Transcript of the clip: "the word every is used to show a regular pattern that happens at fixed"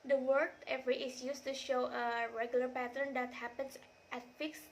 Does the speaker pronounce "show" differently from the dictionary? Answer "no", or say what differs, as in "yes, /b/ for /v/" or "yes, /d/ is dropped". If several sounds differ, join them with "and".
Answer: no